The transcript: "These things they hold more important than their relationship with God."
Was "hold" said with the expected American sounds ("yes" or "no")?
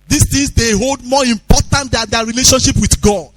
yes